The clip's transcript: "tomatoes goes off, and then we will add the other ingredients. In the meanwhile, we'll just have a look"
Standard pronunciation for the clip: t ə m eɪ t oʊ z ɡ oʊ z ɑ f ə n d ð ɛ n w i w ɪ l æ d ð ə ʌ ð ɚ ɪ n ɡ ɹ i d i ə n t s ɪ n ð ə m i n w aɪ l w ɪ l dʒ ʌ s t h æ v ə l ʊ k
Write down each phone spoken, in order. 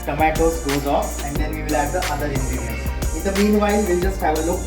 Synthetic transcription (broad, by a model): t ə m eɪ t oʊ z ɡ oʊ z ɑ f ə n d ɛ n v i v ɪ l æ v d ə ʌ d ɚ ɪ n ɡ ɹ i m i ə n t ɪ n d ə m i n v aɪ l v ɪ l dʒ ʌ s t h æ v ə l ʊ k